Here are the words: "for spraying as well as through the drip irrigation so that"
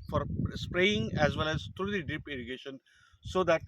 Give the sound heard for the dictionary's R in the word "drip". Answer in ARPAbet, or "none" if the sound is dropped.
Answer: none